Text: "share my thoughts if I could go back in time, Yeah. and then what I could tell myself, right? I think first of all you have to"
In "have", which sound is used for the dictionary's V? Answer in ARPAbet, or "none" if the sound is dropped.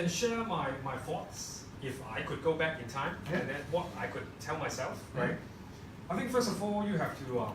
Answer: F